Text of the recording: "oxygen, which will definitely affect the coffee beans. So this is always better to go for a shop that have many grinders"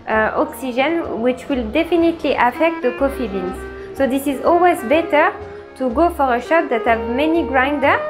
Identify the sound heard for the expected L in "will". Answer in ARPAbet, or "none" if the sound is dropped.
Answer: L